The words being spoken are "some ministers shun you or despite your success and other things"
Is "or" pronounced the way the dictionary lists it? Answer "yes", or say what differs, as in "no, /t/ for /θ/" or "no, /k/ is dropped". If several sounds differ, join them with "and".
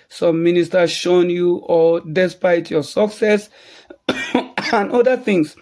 no, /l/ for /ɹ/